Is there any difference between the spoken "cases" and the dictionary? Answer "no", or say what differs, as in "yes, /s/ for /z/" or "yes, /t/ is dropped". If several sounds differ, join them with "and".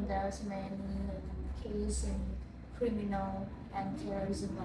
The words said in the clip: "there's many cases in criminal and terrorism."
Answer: yes, /s/ is dropped